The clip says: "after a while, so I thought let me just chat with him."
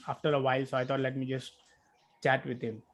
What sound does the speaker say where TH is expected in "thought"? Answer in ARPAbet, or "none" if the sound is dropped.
T